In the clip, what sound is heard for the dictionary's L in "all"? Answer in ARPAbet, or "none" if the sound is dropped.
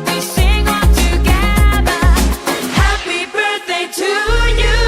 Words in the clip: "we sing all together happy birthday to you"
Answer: N